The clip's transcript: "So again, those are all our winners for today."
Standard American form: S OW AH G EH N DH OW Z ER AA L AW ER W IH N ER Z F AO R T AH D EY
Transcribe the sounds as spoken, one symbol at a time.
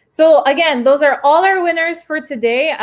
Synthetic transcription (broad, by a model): S OW AH G EH N DH OW Z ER AA L AW ER W IH N ER Z F AO R T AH D EY